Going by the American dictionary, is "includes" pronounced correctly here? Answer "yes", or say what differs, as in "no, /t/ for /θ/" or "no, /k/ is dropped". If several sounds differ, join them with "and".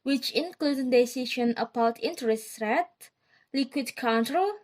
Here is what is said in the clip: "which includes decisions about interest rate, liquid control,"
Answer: no, /z/ is dropped